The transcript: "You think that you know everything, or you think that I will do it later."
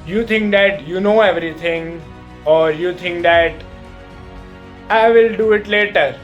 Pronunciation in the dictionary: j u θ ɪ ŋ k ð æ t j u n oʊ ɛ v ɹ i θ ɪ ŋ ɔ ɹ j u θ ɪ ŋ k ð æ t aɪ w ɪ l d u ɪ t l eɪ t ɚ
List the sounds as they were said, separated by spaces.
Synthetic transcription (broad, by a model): j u t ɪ ŋ k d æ t j u n oʊ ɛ v ɹ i t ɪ ŋ ɔ ɹ j u t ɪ ŋ k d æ t aɪ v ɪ l d u ɪ t l eɪ t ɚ